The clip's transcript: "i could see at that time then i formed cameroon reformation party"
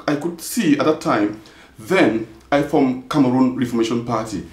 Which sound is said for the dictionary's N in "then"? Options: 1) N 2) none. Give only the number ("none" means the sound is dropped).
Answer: 1